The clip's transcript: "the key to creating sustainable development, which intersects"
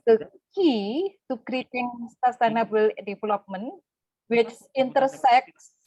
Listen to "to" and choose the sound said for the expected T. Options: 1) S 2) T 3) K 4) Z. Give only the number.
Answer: 1